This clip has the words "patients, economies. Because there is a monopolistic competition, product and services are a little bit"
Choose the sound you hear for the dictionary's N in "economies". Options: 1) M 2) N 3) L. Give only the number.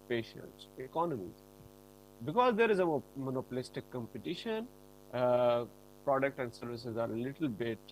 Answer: 2